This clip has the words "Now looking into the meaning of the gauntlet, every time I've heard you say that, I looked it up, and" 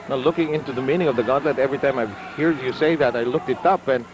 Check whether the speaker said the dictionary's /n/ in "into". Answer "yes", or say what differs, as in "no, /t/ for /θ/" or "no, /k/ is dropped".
yes